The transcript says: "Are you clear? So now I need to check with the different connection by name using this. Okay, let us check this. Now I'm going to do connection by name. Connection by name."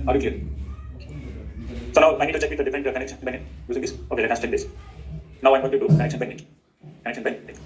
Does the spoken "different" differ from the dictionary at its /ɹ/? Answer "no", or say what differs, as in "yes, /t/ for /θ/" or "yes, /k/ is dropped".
yes, /ɹ/ is dropped